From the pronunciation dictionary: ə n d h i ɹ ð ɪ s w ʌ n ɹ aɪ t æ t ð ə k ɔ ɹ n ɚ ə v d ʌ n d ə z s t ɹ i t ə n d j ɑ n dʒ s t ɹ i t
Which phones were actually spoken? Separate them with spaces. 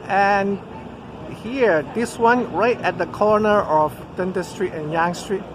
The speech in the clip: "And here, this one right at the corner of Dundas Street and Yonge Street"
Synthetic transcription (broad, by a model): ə n h i ɹ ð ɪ s w ʌ n ɹ aɪ t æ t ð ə k ɔ l n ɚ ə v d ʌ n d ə s t ɹ i t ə n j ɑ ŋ s t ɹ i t